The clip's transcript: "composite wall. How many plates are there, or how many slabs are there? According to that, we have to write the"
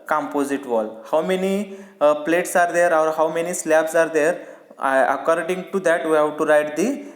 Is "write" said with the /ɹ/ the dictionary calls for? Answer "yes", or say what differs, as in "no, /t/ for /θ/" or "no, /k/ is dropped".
yes